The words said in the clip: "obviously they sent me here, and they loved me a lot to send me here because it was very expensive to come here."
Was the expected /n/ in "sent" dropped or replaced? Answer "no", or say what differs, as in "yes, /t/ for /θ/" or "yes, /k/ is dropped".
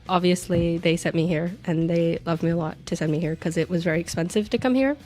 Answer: yes, /n/ is dropped